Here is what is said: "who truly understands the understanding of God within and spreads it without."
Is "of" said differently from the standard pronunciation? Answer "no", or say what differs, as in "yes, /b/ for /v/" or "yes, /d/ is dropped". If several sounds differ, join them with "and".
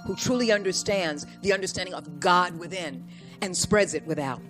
no